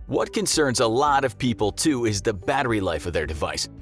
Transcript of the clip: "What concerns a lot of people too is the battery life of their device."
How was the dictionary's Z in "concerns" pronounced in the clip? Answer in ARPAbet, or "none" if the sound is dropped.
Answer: Z